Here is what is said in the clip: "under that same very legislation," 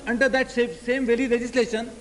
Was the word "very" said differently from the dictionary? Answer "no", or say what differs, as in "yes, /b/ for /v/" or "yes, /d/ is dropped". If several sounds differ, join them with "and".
yes, /l/ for /ɹ/